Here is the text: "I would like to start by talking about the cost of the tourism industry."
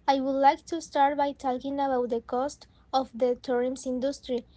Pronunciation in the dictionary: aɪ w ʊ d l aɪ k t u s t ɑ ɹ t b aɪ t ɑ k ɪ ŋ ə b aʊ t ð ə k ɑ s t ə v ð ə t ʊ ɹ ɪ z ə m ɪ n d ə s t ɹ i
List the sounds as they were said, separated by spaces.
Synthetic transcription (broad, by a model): aɪ w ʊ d l aɪ k t u s t ɑ ɹ t b aɪ t ɑ k ɪ ŋ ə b aʊ t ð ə k ɑ s t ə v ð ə t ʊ ɹ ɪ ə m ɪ n d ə s t ɹ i